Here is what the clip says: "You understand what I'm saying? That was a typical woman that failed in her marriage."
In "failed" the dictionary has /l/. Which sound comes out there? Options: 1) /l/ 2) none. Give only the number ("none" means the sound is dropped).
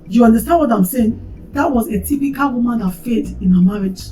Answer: 2